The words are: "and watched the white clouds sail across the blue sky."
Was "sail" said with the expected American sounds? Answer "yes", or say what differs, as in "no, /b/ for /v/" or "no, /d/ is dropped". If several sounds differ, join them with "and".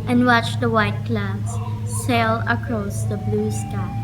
yes